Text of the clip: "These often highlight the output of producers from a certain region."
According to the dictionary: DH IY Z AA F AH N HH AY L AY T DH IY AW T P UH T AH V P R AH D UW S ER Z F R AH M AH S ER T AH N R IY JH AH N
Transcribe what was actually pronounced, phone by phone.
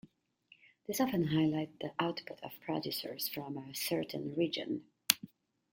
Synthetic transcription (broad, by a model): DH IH S AA F AH N HH AY L AY T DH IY AW T P UH T AH V P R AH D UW S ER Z F R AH M AH S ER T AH N R IY JH AH N